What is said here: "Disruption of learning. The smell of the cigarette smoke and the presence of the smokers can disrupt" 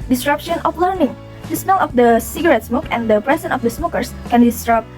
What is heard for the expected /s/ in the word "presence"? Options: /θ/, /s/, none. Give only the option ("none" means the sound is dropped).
none